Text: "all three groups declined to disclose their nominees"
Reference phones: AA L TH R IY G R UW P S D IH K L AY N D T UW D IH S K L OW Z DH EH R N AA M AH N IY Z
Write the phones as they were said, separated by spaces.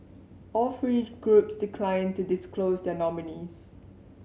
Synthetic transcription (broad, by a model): AA L F R IY G R UW P S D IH K L AY N T UW D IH S K L OW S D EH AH N AA M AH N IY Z